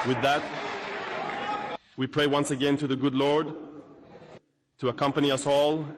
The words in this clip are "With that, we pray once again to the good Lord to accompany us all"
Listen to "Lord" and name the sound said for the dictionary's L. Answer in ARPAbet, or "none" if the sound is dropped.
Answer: L